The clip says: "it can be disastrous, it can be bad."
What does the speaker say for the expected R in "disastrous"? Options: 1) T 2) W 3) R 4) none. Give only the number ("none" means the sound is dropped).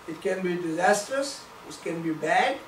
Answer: 3